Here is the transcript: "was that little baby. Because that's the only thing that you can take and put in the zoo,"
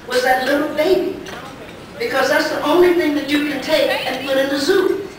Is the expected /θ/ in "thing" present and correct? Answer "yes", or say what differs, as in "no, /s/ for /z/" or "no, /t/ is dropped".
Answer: yes